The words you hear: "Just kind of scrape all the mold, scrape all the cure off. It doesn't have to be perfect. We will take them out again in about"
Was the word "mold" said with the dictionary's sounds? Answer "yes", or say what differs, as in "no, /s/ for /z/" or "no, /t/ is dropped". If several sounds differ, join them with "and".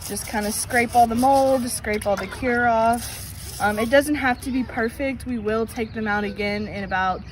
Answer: yes